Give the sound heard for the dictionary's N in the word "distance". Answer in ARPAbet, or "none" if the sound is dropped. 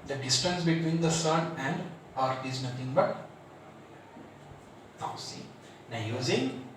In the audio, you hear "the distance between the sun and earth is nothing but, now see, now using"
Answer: N